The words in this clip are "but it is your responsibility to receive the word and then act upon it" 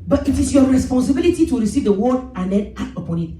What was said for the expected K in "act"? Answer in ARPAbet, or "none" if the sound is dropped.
none